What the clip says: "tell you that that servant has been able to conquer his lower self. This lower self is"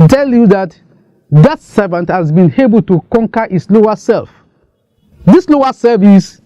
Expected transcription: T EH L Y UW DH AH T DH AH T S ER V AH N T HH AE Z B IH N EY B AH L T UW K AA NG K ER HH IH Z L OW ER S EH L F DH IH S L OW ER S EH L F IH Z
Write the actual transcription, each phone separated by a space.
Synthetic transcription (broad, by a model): T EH L Y UW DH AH T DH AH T S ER V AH N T HH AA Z B IH N EY B AH L T UW K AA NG K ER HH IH S L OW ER S EH L F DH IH S L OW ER S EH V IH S